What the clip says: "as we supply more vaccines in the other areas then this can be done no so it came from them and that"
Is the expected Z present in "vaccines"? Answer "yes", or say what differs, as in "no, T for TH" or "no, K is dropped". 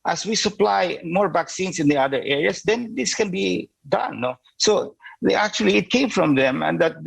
no, S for Z